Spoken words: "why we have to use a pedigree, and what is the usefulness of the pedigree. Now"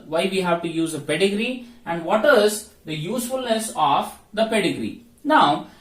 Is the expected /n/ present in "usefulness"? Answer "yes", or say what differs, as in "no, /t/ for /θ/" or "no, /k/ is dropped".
yes